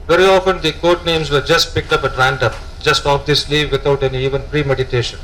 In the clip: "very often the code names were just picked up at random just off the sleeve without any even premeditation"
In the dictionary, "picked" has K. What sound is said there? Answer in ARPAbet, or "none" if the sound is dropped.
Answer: K